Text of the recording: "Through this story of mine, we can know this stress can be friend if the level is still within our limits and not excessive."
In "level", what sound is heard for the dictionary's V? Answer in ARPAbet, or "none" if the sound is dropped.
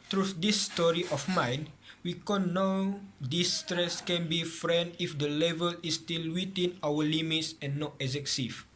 V